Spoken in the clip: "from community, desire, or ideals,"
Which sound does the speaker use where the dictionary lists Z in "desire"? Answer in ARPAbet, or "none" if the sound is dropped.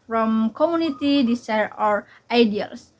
S